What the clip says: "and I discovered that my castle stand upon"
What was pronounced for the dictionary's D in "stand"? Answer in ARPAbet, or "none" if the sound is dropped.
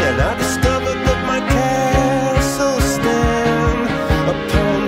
none